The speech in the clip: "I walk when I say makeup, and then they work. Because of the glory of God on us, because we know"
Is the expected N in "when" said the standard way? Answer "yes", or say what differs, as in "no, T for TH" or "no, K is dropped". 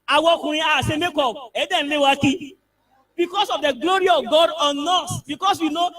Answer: no, N is dropped